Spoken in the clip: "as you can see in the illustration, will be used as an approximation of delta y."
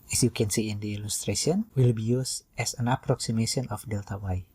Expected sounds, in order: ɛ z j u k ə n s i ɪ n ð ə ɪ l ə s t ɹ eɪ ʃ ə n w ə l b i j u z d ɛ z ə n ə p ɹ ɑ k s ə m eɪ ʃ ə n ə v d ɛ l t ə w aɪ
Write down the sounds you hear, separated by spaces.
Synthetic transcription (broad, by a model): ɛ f j u k ə n s i ɪ n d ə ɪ l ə s t ɹ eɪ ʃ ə n w ə l b i j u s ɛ s ə n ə p ɹ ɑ k s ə m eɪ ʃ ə n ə f d ɛ l t ə w aɪ